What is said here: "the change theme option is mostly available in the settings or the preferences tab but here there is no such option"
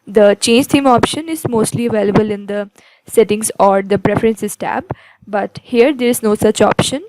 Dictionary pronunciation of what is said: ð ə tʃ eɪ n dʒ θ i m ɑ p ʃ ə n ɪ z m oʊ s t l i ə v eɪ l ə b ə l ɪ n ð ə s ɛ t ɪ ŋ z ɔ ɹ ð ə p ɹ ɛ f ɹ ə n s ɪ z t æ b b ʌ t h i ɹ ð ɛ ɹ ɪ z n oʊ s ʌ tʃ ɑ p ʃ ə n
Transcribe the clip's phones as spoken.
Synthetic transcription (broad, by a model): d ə tʃ eɪ n dʒ t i m ɑ p ʃ ə n ɪ z m oʊ s t l i ə v eɪ l ə b ə l ɪ n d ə s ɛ t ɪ ŋ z ɔ ɹ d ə p ɹ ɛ f ɹ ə n s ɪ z t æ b b ʌ t h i ɹ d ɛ ɹ ɪ z n oʊ s ʌ tʃ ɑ p ʃ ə n